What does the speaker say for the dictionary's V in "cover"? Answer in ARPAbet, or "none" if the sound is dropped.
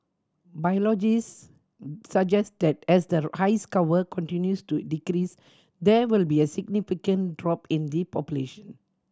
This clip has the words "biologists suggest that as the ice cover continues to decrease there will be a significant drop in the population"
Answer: W